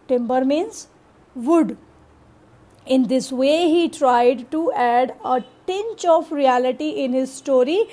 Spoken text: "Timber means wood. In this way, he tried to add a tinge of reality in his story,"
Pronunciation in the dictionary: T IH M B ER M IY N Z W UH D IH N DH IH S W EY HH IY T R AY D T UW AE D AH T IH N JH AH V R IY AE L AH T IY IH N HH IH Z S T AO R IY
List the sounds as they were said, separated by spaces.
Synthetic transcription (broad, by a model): T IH M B ER M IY N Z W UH D IH N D IH S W EY HH IY T R AY D T UW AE D AH T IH N CH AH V R IY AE L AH T IY IH N HH IH Z S T AO R IY